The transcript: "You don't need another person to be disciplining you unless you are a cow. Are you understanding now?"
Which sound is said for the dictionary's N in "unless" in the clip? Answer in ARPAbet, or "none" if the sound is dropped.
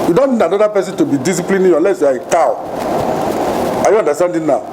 none